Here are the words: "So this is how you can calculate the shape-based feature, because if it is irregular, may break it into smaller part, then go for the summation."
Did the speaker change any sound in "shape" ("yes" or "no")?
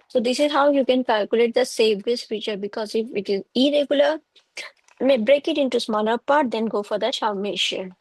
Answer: yes